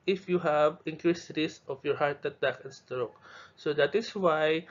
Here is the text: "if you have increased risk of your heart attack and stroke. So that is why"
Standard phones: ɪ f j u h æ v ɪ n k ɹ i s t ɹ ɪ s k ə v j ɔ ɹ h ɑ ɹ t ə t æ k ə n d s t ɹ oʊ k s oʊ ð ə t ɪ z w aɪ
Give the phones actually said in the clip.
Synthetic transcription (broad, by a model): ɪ f j u h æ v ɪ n k ɹ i s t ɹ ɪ s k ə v j ɔ ɹ h ɑ ɹ t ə t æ k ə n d s t ɹ oʊ k s oʊ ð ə t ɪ s w aɪ